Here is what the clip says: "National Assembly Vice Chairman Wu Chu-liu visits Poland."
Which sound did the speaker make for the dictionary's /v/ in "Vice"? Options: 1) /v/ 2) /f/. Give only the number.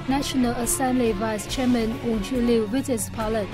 1